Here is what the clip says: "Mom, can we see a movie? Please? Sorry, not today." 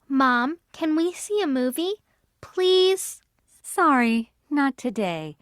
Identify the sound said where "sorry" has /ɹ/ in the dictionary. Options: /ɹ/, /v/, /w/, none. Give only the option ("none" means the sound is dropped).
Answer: /ɹ/